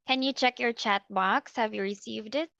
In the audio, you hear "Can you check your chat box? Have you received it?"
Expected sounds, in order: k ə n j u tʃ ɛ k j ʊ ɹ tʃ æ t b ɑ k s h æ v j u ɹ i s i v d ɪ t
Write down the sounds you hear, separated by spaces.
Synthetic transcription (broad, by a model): k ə n j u tʃ ɛ k j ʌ ɹ tʃ æ t b ɑ k s h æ v j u ɹ i s i v d ɪ t